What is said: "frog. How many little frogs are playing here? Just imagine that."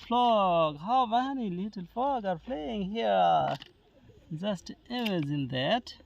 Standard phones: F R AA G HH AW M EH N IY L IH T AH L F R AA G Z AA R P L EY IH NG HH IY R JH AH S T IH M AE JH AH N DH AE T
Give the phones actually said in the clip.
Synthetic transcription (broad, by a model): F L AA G HH AW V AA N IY L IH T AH L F L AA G AA R F L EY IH NG HH IY R JH AH S T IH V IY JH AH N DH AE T